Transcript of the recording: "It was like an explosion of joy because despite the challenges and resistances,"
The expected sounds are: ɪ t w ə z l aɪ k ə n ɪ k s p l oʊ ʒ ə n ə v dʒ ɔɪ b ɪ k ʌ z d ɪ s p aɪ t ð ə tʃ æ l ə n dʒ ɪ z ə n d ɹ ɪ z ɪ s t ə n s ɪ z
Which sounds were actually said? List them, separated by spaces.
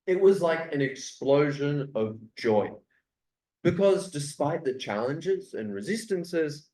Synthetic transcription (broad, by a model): ɪ t w ə z l aɪ k ə n ɪ k s p l oʊ ʒ ə n ə v dʒ ɔɪ b ɪ k ʌ z d ɪ s p aɪ t ð ə tʃ æ l ə n dʒ ɪ z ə n ɹ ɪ z ɪ s t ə n s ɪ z